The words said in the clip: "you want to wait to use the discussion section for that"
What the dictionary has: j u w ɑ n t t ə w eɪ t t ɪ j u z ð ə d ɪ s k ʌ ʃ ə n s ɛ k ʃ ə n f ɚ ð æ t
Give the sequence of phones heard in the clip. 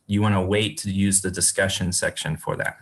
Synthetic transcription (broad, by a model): j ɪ w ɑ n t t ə w eɪ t t ɪ j u z ð ə d ɪ s k ʌ ʃ ə n s ɛ k ʃ ə n f ɚ ð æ t